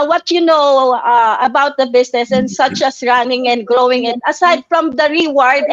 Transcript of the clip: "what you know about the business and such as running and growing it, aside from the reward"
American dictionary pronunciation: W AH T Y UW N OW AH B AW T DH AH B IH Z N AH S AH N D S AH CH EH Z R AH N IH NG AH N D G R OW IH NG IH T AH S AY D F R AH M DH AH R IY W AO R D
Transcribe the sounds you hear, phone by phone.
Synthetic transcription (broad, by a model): W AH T Y UW N OW AH B AW T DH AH B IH S N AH S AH N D S AH CH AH S R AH N IH NG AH N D G R OW IH NG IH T AH S AY D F R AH M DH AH R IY W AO R D